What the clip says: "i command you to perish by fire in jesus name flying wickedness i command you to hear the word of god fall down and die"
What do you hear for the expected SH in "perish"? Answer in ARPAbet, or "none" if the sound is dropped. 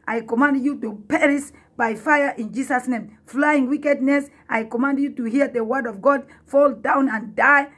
S